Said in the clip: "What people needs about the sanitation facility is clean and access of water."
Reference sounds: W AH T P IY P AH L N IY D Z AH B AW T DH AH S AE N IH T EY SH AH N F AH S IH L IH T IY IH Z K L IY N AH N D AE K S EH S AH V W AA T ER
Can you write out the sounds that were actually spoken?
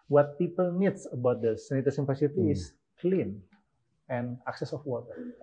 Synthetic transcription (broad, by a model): W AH T P IY P AH L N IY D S AH B AW T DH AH S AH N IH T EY S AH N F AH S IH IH T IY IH S K L IY N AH N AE K S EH S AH F W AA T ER